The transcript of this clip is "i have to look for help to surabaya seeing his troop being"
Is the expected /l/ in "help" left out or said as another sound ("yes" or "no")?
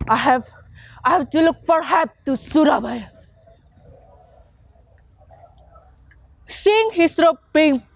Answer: yes